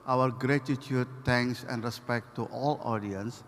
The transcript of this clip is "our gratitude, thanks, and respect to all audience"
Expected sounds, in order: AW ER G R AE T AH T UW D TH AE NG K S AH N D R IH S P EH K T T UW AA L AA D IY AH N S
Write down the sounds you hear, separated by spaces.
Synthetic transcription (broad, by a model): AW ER G R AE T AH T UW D T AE NG K S AH N D R IH S P EH K T T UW AA L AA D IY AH N S